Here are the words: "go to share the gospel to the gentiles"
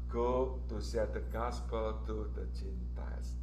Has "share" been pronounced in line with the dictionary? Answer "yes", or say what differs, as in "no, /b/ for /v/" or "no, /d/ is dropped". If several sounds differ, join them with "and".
no, /s/ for /ʃ/